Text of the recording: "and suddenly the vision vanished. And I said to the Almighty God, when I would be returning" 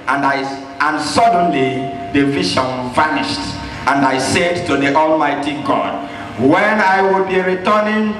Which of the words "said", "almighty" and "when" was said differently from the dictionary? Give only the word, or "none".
none